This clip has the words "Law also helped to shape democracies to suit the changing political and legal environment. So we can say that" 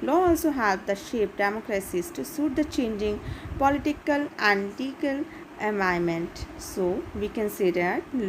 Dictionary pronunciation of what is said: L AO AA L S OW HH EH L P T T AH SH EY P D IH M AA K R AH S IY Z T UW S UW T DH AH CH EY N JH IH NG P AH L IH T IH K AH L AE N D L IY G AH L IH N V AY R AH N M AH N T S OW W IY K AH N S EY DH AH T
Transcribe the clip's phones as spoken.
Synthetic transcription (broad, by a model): L AO AA L S OW HH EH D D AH SH EY P D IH M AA K R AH S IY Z T UW S UW T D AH CH EY N JH IH NG P AH L IH T IH K AH L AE N D L IY G AH L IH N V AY AH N M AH N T S OW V IY K AH N S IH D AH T